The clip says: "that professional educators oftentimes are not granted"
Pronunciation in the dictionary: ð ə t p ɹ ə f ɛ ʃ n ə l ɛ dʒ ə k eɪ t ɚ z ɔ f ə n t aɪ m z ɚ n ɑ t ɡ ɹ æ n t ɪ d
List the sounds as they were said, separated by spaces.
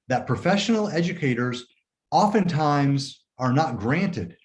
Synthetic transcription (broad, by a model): ð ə t p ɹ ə f ɛ ʃ n l ɛ dʒ ə k eɪ t ɚ z ɔ f ə n t aɪ m z ɚ n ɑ t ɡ ɹ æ n t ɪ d